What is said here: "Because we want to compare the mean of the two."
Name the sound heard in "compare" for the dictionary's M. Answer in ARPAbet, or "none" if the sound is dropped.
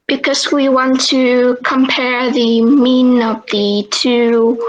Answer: M